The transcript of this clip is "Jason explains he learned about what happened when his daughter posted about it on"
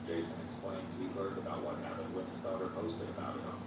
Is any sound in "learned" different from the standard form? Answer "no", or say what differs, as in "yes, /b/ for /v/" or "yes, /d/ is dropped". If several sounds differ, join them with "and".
yes, /n/ is dropped